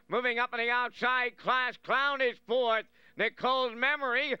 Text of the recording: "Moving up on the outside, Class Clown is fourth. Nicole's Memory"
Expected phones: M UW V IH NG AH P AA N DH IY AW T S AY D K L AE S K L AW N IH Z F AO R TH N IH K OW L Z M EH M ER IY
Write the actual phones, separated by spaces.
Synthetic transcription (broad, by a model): M UW V IH NG AH P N DH IY AW T S AY D K L AE S K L AW N IH Z F AO R TH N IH K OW L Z M EH M ER IY